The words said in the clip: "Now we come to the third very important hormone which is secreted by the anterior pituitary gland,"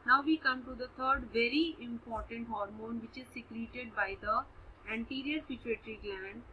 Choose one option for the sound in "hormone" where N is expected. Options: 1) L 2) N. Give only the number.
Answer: 2